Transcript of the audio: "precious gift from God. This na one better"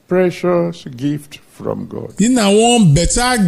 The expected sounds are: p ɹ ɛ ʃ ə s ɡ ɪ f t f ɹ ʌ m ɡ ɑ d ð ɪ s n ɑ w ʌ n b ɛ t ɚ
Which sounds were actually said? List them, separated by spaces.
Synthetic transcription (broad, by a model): p ɹ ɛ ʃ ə s ɡ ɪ f t f ɹ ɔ m ɡ ɑ d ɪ n ɑ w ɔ b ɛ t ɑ